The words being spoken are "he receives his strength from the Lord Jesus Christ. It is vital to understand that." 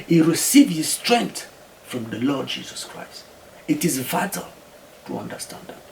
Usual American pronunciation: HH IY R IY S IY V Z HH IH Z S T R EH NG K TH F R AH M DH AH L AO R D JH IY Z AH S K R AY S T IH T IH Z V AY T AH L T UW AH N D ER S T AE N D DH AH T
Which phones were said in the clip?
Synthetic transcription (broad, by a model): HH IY R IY S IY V HH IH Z S T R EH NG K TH F R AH M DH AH L AO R D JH IY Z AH S K R AY S T IH T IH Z V AY T AH L T UW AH N D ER S T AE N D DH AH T